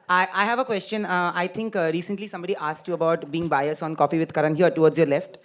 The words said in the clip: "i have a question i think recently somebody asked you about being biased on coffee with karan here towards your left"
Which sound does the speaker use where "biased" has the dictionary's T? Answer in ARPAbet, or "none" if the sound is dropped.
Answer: none